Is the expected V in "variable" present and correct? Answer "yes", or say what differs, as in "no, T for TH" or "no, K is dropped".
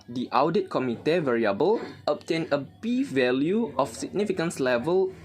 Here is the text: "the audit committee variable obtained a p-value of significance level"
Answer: yes